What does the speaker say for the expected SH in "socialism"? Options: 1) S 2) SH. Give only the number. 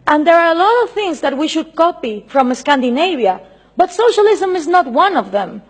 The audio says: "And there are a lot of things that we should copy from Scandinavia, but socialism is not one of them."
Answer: 2